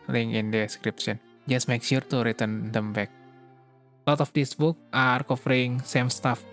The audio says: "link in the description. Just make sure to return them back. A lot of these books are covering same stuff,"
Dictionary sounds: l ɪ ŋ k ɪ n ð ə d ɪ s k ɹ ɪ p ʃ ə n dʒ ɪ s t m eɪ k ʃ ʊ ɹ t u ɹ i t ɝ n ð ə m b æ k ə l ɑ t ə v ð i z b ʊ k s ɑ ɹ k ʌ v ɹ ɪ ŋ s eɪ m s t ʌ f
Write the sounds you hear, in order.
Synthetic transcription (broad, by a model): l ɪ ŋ ɪ n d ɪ s k ɹ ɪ p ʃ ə n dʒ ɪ s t m eɪ k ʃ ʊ ɹ t u ɹ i t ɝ n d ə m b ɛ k l ɑ t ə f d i s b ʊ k ɑ ɹ k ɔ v ɹ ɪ ŋ s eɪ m s t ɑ f